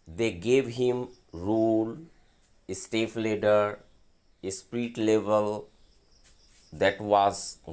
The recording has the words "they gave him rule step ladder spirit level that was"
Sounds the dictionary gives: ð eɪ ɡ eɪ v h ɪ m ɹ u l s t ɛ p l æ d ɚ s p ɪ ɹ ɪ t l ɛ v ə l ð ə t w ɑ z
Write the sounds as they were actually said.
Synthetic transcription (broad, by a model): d eɪ ɡ eɪ v h ɪ m ɹ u l s t ɛ f l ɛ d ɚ s p ɹ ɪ t l ɛ v ə l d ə t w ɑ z